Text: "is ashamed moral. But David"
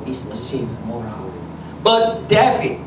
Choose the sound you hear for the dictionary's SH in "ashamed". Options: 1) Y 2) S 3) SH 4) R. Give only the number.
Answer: 2